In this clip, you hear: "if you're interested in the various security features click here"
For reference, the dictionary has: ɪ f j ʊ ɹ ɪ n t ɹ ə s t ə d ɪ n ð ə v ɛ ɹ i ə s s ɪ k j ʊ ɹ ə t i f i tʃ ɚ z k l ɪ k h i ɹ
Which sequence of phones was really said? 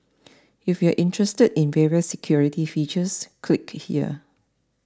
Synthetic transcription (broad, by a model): ɪ f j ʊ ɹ ɪ n t ɹ ə s t ə d ɪ n v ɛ ɹ i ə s s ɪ k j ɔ ɹ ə t i f i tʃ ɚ s k l ɪ k h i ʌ